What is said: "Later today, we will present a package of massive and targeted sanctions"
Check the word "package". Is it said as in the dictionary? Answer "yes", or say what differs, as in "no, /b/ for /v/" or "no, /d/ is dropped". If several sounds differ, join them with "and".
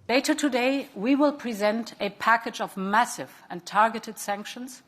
yes